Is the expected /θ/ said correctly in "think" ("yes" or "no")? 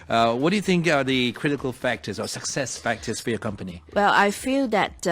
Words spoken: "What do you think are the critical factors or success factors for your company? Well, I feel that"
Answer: yes